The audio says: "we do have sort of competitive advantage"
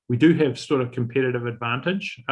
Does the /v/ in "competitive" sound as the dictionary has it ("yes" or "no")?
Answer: yes